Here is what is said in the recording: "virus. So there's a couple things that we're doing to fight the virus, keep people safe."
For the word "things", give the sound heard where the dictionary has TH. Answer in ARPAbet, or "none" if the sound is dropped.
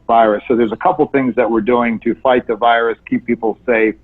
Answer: TH